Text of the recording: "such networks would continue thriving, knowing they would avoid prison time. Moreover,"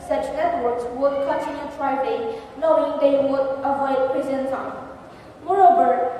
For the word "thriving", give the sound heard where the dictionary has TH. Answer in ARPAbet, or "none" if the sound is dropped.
T